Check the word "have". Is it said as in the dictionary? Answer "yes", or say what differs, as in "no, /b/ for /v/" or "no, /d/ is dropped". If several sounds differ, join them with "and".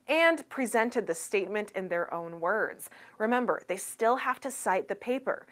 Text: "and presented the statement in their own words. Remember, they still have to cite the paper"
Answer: no, /f/ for /v/